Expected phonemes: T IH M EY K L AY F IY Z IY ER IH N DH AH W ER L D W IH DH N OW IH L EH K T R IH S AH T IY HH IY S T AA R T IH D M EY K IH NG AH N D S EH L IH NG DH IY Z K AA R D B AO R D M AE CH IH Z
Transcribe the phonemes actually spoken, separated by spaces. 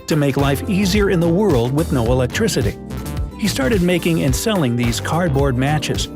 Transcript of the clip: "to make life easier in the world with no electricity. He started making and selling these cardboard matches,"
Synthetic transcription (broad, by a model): T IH M EY K L AY F IY Z IY ER IH N DH AH W ER L D W IH DH N OW IH L EH K T R IH S AH T IY HH IY S T AA R T IH D M EY K IH NG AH N S EH L IH NG DH IY Z K AA R D B AO R D M AE CH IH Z